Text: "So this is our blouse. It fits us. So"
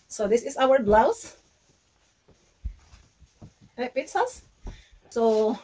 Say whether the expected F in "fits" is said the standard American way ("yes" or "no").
no